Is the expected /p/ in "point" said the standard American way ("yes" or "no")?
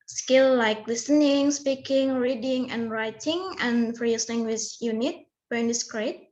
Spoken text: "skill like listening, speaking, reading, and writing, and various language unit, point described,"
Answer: no